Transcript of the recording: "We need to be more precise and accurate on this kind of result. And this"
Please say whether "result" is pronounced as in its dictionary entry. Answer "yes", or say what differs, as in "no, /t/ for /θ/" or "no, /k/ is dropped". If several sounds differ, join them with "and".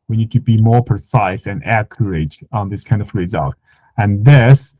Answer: yes